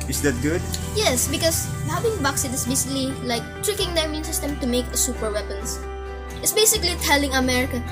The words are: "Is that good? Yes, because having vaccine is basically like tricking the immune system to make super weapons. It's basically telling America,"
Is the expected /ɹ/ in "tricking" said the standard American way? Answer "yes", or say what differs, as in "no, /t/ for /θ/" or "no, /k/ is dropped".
yes